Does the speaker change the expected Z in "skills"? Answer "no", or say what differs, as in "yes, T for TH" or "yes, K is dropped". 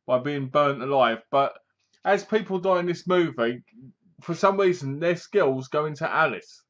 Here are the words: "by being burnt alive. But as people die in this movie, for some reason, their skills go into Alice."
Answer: no